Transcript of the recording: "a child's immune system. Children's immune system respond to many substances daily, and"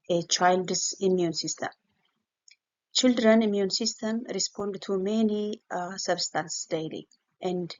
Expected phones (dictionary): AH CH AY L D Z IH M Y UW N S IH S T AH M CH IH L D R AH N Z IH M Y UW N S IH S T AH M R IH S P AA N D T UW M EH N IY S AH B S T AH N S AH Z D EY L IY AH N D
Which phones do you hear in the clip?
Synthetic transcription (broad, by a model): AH CH AY L D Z IH M Y UW N S IH S T AH M CH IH L D R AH N IH M Y UW N S IH S T AH M R IH S P AA N D T UW M EH N IY S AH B S T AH N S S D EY L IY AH N D